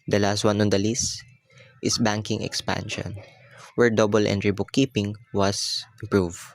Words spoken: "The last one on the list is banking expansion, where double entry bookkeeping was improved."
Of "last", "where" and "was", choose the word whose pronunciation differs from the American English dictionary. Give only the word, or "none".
was